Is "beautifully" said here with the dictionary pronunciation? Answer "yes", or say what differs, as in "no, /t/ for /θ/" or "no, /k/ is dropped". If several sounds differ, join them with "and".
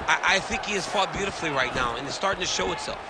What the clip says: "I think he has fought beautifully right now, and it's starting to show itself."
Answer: yes